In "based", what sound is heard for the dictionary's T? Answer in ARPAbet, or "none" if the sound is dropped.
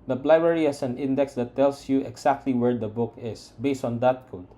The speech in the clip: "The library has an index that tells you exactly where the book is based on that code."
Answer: T